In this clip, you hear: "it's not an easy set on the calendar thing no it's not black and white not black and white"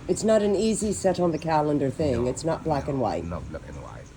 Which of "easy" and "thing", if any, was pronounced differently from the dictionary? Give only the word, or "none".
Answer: none